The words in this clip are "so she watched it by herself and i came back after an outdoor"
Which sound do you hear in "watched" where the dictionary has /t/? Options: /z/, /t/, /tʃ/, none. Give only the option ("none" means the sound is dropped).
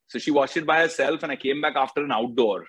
none